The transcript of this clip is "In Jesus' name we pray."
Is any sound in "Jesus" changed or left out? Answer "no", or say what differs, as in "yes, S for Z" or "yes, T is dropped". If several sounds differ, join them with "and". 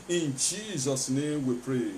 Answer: no